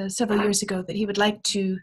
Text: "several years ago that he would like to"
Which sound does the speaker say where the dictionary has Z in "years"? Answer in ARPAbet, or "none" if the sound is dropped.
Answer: Z